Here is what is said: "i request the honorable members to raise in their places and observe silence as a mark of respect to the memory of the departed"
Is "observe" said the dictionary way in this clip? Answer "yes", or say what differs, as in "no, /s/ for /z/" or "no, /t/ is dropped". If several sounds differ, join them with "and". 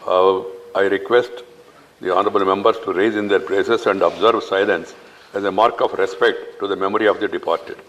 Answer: yes